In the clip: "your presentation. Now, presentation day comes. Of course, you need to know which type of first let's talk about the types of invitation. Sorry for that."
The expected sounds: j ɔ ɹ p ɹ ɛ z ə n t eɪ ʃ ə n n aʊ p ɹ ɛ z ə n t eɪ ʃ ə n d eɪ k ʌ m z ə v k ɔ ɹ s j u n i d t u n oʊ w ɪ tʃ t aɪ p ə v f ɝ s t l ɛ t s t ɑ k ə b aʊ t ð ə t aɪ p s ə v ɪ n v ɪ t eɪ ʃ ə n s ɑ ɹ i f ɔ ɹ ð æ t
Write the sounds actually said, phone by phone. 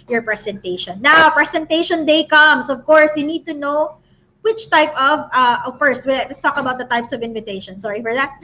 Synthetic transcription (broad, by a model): j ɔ ɹ p ɹ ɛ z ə n t eɪ ʃ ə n n aʊ p ɹ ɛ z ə n t eɪ ʃ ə n d eɪ k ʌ m s ə v k ɔ ɹ s j u n i d t u n oʊ w ɪ tʃ t aɪ p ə v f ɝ s t w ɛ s t ɑ k ə b aʊ t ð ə t aɪ p s ə v ɪ n v ɪ t eɪ ʃ ə n s ɑ ɹ i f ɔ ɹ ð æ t